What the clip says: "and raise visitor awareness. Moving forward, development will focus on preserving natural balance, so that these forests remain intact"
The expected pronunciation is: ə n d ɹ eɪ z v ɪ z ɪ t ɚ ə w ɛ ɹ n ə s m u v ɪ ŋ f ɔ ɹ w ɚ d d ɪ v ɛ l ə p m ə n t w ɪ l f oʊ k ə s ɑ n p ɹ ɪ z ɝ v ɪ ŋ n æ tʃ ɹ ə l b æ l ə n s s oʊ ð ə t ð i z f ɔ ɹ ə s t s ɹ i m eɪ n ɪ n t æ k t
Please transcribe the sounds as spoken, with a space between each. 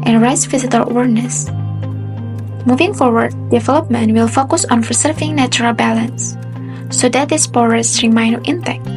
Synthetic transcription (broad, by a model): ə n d ɹ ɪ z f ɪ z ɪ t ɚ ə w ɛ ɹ n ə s m u v ɪ ŋ f ɔ ɹ w ɚ d d ɪ v ɛ l ə p m ə n t w ɪ l f oʊ k ə s ɑ n f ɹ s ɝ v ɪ ŋ n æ tʃ ɹ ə l b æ l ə n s s oʊ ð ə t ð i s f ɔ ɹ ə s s ɹ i m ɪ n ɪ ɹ t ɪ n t